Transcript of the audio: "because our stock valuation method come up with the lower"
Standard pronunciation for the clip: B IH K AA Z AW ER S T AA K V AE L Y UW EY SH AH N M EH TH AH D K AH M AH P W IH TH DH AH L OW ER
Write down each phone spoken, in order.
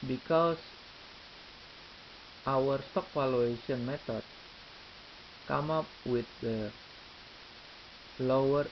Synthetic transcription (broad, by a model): B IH K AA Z AW ER S T AA K F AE L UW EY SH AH N M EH T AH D K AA M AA P W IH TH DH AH L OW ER